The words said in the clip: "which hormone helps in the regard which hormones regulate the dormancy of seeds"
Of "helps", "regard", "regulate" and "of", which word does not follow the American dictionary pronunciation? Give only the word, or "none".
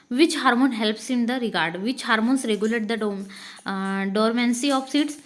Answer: of